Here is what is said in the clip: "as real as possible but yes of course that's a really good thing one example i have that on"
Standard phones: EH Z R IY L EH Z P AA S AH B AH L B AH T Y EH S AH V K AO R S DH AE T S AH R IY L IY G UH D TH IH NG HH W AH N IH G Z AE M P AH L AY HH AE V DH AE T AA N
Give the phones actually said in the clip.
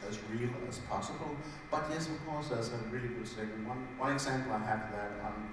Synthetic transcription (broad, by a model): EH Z R IY L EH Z P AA S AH B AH L B AH T Y EH S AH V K AO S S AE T AH R IY L IY G UH D S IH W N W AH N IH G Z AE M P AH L AY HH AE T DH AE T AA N